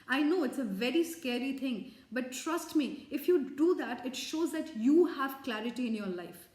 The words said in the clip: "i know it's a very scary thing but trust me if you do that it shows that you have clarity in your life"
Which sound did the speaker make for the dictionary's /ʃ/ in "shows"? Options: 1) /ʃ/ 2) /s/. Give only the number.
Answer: 1